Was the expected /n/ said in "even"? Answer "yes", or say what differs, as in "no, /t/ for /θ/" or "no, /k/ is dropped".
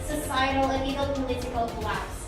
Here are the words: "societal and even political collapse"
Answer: no, /l/ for /n/